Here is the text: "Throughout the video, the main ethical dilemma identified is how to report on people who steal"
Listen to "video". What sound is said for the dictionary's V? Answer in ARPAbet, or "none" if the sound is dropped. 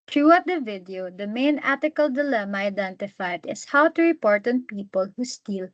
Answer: V